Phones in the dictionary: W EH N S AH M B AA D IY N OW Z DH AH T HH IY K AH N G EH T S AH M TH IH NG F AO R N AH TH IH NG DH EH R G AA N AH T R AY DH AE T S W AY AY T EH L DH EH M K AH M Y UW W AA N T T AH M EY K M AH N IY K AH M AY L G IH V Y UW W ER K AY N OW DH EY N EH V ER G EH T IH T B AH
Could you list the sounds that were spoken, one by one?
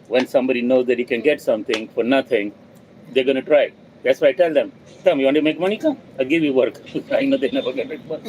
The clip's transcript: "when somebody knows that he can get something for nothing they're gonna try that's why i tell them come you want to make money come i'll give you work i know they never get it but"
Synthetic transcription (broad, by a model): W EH N S AH M B AA D IY N OW Z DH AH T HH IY K AH N G EH T S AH M T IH NG F AO R N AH T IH NG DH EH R G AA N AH T R AY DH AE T S W AY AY T EH L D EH M K AH M Y UW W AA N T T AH M EY K M AH N IY K AH M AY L G IH V Y UW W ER K AY N OW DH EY N EH V ER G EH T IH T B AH